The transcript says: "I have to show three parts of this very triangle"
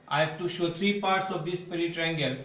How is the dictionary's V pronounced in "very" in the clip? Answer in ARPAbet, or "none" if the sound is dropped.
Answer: P